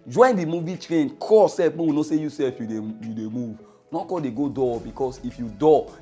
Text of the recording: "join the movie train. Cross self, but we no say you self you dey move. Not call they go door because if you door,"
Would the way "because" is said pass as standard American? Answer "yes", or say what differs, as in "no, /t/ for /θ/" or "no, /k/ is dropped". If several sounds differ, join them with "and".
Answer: no, /s/ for /z/